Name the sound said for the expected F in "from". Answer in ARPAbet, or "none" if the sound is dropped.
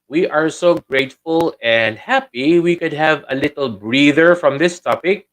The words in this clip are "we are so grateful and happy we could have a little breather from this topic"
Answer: F